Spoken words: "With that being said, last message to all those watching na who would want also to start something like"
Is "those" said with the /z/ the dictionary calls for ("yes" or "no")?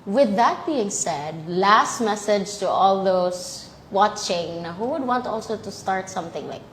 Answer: no